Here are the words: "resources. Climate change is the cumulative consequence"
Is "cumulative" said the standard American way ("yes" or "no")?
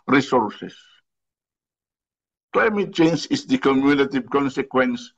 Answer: no